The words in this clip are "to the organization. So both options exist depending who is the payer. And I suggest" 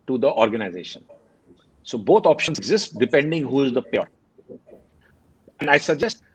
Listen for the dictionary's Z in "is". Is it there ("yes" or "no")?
yes